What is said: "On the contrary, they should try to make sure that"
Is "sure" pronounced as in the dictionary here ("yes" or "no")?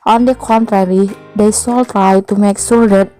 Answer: no